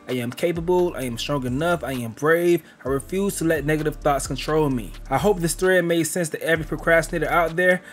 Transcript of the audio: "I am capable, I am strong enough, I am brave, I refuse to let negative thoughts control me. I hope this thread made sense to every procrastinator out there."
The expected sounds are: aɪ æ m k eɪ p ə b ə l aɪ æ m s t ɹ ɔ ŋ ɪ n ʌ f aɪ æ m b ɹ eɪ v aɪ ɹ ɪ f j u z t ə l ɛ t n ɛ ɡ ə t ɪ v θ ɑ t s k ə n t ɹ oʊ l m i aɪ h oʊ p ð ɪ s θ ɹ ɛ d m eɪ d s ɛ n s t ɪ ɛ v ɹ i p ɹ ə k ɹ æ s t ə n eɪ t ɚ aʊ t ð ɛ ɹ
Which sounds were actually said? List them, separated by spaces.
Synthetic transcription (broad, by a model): aɪ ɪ m k eɪ p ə b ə l aɪ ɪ m s t ɹ ɔ ŋ ɪ n ʌ f aɪ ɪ m b ɹ eɪ v aɪ ɹ ɪ f j u z t ə l ɛ t n ɛ ɡ ə t ɪ v θ ɑ t s k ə n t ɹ oʊ l m i aɪ h oʊ p ð ɪ s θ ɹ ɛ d m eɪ s ɛ n s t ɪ ɛ v ɹ i p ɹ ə k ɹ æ s t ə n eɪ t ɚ aʊ t ð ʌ ɹ